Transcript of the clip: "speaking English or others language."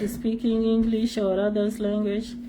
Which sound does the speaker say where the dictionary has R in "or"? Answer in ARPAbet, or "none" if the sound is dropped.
R